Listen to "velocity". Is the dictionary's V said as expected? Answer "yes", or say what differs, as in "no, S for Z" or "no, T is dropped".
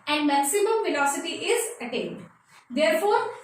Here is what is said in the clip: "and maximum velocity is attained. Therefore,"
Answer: no, F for V